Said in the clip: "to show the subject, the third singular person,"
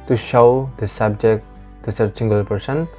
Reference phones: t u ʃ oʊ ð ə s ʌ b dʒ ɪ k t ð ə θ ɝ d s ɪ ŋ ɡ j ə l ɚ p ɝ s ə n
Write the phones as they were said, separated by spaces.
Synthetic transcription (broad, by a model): t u ʃ oʊ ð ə s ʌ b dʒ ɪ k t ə s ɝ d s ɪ ŋ ɡ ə l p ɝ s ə n